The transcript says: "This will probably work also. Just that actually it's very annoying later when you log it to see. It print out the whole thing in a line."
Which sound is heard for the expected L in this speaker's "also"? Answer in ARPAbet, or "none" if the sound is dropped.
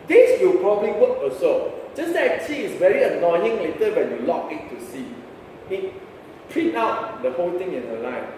none